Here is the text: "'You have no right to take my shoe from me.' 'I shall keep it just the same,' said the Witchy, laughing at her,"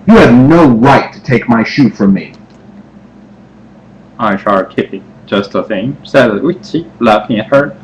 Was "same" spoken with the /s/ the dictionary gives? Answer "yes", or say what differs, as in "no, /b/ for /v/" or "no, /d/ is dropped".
no, /θ/ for /s/